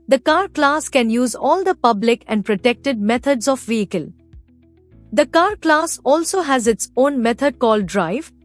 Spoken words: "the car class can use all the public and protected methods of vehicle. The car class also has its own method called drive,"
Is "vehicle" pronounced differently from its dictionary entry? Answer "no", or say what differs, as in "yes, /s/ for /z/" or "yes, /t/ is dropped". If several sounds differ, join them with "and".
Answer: no